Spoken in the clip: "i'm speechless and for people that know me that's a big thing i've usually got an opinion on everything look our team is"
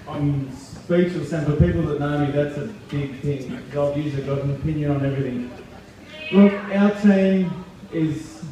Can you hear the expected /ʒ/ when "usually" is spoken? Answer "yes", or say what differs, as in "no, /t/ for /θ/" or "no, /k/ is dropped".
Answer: no, /z/ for /ʒ/